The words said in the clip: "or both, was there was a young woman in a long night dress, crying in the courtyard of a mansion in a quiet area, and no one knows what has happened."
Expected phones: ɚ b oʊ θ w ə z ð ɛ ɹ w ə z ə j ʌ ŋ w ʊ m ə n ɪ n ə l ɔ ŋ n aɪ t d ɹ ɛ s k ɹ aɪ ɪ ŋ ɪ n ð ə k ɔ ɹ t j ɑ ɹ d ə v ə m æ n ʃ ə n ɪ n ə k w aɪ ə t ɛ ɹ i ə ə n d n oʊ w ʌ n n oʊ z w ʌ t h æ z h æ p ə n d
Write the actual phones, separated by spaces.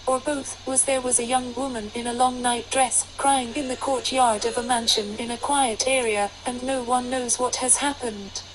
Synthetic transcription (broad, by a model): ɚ b oʊ θ w ə z ð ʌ ɹ w ə z ə j ʌ ŋ w ʊ m ə n ɪ n ə l ɔ ŋ n aɪ t d ɹ ɛ s k ɹ aɪ ɪ ŋ ɪ n ð ə k ɔ ɹ t j ɑ ɹ d ə v ə m æ n ʃ ə n ɪ n ə k w aɪ ə t ɛ ɹ i ə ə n n oʊ w ʌ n n oʊ z w ʌ t h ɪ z h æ p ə n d